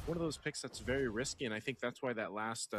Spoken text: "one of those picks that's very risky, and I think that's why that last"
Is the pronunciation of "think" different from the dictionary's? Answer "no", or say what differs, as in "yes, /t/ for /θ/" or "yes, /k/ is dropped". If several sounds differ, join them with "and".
no